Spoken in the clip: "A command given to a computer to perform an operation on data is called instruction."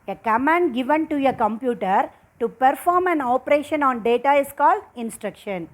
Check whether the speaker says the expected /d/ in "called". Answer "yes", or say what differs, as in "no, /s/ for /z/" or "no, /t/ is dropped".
yes